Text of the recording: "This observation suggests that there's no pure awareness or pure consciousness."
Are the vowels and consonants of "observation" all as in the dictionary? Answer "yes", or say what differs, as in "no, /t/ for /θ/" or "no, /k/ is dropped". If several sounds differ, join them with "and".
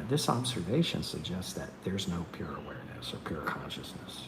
yes